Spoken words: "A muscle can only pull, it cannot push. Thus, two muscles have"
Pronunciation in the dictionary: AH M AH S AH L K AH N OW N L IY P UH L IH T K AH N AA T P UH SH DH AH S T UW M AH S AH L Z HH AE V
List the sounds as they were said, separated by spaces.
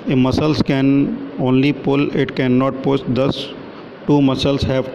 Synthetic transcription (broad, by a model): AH M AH S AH L K AH N OW N L IY P UH L IH T K AH N AA T P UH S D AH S T UW M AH S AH L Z HH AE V